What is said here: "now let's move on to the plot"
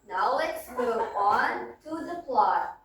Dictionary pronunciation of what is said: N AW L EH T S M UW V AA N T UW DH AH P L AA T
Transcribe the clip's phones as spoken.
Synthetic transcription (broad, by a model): N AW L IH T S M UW AA N T UW DH AH P L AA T